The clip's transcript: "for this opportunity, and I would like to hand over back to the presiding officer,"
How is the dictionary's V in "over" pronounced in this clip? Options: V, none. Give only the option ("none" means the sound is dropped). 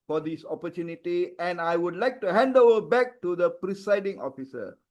none